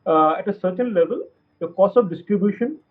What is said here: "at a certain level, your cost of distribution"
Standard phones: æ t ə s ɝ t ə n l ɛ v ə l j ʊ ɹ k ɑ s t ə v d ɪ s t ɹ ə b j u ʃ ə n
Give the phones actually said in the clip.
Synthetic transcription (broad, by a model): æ t ə s ɝ t ə n l ɛ v ə l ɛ k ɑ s ə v d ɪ s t ɹ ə b j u ʃ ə n